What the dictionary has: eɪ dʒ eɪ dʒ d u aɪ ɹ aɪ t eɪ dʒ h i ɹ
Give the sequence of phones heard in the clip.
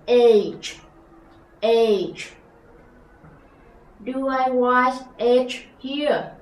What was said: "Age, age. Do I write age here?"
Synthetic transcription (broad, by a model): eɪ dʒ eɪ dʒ d u aɪ w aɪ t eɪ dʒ h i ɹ